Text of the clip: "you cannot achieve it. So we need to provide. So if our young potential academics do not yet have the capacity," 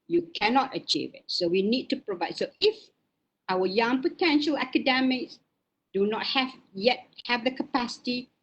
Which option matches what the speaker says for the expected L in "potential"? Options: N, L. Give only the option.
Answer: L